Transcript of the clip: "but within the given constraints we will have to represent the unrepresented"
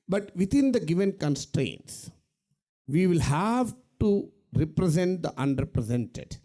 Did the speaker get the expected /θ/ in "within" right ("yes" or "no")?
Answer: no